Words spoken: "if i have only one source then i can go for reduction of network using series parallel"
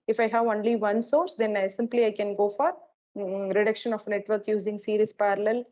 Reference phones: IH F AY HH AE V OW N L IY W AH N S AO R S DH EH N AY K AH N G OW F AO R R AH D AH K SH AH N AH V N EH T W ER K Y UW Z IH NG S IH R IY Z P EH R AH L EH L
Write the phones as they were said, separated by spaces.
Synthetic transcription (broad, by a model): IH F AY HH AE V OW N L IY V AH N S AO R S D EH N AY K AH N G OW F AO R R AH D AH K SH AH N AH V N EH T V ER K Y UW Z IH NG S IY R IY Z P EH R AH L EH L